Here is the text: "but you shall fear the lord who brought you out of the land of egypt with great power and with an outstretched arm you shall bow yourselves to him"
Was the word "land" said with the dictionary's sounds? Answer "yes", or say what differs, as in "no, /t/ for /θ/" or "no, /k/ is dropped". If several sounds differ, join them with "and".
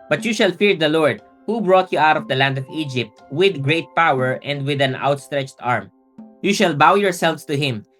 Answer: yes